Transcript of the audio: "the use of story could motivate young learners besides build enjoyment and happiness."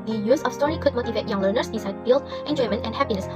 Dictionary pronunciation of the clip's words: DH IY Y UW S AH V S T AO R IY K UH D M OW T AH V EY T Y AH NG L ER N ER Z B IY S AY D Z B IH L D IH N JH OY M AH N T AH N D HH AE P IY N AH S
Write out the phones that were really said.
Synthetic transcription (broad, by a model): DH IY Y UW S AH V S T AO R IY K UH D M OW T AH V EY T Y AH NG L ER N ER S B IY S AY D B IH L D IH N JH OY M AH N T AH N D HH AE P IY N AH S